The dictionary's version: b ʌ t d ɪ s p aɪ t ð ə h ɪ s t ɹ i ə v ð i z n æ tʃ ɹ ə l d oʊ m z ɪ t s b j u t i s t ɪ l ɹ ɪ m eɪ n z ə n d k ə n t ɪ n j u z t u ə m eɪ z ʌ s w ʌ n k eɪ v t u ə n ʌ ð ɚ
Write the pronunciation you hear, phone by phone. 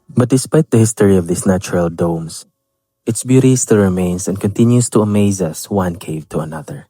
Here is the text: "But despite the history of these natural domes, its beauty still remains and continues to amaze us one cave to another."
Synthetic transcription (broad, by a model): b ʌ t d ɪ s p aɪ t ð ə h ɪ s t ɹ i ə v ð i s n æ tʃ ɹ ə l d oʊ m s ɪ t s b j u t i s t ɪ l ɹ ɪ m eɪ n s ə n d k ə n t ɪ n j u s t u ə m eɪ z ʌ s w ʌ n k eɪ v t u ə n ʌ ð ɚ